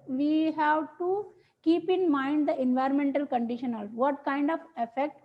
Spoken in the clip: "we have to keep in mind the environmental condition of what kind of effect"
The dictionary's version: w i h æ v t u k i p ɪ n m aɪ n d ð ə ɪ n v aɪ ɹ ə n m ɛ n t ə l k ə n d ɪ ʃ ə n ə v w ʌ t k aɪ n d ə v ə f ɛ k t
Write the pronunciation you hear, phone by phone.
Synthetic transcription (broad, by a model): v i h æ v t u k i p ɪ n m aɪ n d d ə ɪ n v aɪ ɹ ə n m ɛ n t ə l k ə n d ɪ ʃ ə n ə v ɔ t k aɪ n d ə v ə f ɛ k t